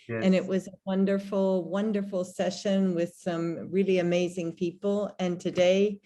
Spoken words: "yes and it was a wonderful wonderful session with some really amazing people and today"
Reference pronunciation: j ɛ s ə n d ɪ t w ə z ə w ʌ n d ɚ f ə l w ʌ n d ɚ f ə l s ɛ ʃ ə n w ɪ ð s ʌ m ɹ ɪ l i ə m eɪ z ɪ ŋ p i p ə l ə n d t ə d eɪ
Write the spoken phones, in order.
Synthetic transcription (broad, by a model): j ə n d ɪ t w ə z ə w ʌ n d ɚ f l w ʌ n d ɚ f l s ɛ ʃ ə n w ɪ ð s ʌ m ɹ ɪ l i ə m eɪ z ɪ ŋ p i p l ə n t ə d eɪ